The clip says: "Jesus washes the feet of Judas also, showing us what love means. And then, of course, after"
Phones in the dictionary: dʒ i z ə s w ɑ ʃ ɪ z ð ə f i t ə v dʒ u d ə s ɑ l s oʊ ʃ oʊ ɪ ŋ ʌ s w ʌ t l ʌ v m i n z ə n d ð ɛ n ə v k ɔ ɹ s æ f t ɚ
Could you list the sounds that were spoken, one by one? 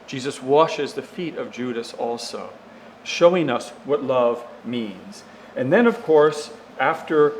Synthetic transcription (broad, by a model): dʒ i z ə s w ɑ ʃ ɪ z ð ə f i t ə v dʒ u d ə s ɑ l s oʊ ʃ oʊ ɪ ŋ ʌ s w ʌ t l ʌ v m i n z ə n ð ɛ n ə v k ɔ ɹ s æ f t ɚ